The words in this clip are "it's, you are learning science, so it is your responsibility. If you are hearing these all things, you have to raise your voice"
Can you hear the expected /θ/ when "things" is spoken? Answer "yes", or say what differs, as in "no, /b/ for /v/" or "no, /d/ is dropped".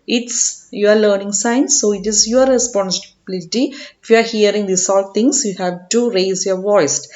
no, /t/ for /θ/